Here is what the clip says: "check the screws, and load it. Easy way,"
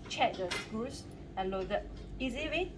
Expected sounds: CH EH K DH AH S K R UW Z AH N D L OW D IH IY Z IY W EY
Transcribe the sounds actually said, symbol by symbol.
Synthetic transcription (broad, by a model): CH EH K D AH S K UW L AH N L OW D IH IY Z IY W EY